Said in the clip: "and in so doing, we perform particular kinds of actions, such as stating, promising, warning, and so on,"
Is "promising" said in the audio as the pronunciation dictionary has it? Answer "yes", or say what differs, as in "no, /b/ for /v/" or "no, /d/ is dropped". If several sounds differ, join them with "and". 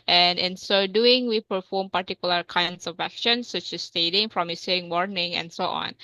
no, /f/ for /p/